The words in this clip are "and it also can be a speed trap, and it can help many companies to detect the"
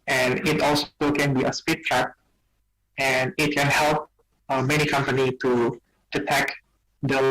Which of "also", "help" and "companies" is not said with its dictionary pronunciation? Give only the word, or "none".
companies